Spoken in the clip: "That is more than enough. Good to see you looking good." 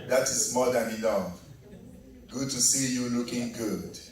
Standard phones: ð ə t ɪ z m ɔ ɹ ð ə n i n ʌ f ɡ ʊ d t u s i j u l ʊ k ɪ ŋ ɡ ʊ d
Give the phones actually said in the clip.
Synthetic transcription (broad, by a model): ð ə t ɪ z m ɔ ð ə n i l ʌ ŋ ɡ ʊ d t u s i j u l ʊ k ɪ ŋ ɡ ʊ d